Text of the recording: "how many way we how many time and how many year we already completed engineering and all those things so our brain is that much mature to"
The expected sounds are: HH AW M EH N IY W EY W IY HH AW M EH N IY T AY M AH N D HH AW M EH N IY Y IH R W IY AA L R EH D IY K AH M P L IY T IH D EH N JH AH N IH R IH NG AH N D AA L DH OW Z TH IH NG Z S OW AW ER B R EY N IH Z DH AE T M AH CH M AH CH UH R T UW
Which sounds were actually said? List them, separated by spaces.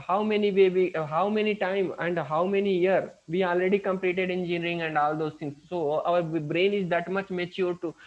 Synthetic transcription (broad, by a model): HH AW M EH N IY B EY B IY HH AW M EH N IY T AY M AH N D HH AW M EH N IY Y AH R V IY AA L R EH D IY K AH M P L IY T IH D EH N JH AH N R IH NG AH N D AA L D OW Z T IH NG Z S OW AW ER B R EY N IH Z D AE T M AH CH M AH CH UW R T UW